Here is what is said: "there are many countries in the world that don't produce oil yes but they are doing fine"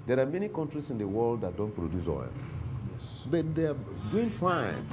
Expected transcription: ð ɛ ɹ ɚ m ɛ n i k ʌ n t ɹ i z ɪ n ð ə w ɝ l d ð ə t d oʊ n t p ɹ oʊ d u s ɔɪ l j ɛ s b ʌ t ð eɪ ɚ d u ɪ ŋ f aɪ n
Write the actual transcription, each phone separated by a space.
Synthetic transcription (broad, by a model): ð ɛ ɹ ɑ m ɛ n i k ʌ n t ɹ i s ɪ n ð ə w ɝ l d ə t d oʊ n t p ɹ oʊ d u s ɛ n j ɛ s b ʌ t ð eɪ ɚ d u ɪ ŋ f aɪ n